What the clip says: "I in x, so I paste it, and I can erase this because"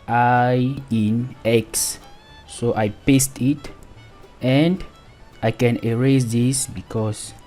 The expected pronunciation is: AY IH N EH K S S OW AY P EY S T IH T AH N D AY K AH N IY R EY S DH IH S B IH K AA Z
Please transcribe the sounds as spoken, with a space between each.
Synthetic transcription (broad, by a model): AY IH N EH K S S OW AY P EY S T IH T AH N D AY K AH N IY R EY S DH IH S B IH K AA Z